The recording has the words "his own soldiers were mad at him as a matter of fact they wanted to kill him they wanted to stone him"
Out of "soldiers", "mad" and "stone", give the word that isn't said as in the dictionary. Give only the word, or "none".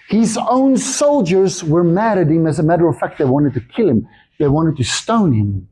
none